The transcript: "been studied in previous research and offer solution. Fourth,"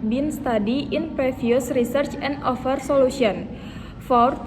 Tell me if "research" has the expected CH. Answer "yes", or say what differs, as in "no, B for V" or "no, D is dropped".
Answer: yes